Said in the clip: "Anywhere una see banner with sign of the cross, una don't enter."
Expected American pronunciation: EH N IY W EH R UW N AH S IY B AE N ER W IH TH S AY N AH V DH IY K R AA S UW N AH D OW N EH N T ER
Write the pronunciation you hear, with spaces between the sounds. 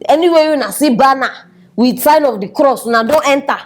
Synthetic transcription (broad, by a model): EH N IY W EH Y UW N AH S IY B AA N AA W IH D S AY N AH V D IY K R AA S UW N AH D OW N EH N T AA